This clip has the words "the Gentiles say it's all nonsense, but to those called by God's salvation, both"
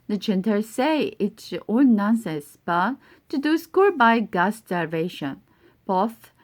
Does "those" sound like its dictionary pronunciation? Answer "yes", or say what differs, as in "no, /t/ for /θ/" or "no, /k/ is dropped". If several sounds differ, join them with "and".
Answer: no, /s/ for /z/